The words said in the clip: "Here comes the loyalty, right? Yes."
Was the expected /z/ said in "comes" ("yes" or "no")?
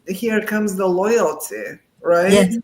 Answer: yes